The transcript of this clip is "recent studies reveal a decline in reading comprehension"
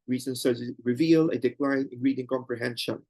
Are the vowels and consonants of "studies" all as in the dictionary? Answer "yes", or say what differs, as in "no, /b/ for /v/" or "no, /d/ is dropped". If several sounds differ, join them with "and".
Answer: no, /z/ is dropped